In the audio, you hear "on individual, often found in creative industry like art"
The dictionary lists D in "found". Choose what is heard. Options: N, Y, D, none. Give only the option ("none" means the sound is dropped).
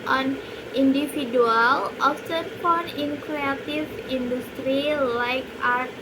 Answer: none